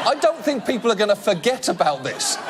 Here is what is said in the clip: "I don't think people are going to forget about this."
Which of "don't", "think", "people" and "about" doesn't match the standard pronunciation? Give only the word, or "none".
none